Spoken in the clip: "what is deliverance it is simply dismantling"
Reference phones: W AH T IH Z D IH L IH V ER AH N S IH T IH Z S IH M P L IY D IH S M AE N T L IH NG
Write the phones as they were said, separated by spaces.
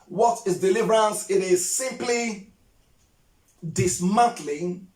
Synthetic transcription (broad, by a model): W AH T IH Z D IH L IH V ER AH N S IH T IH Z S IH M P L IY D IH S M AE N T L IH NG